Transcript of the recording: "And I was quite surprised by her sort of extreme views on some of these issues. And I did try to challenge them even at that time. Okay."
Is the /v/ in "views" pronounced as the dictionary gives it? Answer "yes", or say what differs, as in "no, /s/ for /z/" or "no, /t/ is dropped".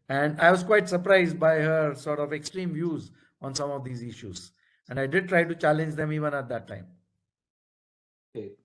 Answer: yes